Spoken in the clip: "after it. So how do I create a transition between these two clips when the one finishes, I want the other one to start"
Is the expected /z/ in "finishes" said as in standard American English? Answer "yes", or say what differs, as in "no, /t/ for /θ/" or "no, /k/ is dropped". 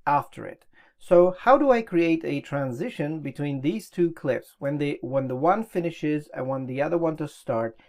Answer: yes